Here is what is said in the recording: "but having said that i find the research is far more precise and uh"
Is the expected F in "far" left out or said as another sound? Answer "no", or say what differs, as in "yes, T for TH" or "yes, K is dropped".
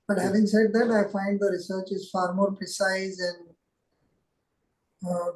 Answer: no